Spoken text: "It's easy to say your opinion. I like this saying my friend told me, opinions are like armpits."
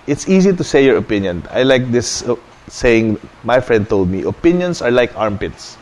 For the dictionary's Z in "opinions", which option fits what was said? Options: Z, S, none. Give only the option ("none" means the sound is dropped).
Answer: S